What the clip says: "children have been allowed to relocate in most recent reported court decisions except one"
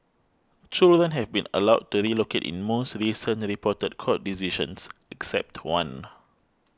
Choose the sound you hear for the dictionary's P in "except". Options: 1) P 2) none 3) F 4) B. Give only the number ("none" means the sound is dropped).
1